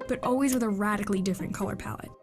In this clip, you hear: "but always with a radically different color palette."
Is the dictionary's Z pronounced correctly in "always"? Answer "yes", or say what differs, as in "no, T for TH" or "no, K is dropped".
yes